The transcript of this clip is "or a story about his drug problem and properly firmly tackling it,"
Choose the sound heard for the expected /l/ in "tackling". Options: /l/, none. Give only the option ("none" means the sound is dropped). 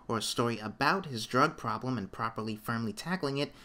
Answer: /l/